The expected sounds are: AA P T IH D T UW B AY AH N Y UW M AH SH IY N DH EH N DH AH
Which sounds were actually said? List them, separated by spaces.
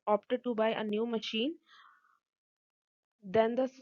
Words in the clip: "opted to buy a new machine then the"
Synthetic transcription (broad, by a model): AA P T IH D T UW B AY AH N Y UW M AH SH IY N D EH N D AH